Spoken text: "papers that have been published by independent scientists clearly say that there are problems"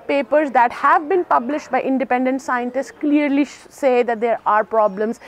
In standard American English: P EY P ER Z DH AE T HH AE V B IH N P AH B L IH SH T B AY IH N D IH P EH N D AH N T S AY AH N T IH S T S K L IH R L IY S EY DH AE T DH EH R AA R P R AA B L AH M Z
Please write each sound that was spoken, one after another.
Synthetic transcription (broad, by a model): P EY P ER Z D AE T HH AE V B IH N P AH B L IH SH T B AY IH N D IH P EH N D AH N T S AY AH N T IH S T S K L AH R L IY S EY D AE T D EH R AA R P R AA B L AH M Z